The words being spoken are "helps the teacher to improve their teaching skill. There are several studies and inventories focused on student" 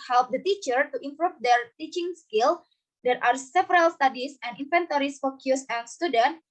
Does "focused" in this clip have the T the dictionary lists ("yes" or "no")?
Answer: no